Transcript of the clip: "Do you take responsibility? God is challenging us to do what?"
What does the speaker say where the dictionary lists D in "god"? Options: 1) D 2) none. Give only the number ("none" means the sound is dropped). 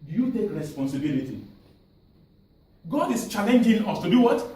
1